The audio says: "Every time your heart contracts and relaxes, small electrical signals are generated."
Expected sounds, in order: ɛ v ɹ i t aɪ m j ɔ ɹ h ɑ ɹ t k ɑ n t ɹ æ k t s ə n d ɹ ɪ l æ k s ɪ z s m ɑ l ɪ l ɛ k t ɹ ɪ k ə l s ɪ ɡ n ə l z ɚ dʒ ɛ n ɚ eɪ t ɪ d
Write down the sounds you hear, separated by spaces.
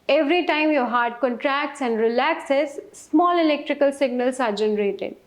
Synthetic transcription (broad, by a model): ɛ v ɹ i t aɪ m j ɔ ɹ h ɑ ɹ t k ɑ n t ɹ æ k t s ə n d ɹ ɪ l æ k s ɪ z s m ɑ l ɪ l ɛ k t ɹ ɪ k ə l s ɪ ɡ n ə l s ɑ dʒ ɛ n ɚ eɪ t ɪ d